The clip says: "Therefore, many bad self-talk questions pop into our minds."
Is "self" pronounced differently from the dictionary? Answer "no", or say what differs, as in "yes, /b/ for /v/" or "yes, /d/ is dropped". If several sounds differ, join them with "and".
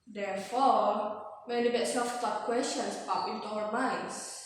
yes, /l/ is dropped